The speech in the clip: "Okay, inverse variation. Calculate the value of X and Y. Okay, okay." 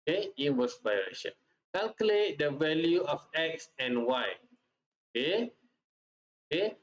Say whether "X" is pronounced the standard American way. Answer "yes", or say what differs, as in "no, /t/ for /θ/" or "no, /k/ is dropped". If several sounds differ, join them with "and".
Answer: yes